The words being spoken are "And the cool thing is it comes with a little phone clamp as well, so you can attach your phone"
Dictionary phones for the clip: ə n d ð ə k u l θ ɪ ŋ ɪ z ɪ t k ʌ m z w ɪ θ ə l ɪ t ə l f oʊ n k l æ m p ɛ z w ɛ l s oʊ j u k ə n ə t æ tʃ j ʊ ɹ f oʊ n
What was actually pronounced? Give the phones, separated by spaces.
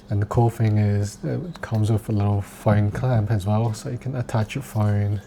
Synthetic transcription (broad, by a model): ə n ð ə k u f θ ɪ ŋ ɪ z ɪ t k ʌ m z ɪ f ə l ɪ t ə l f oʊ n k l æ m p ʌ z w ɛ l s oʊ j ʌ k ə n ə t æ tʃ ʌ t f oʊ n